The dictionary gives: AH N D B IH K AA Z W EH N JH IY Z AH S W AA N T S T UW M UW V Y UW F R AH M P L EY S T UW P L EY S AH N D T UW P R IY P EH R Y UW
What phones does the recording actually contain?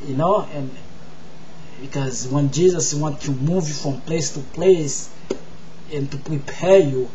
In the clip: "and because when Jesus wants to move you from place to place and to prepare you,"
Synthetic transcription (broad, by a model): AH N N B IH K AA Z W EH N JH IY Z AH S W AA N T T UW M UW V Y UW F R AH M P L EY S T UW P L EY S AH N T UW P R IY P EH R Y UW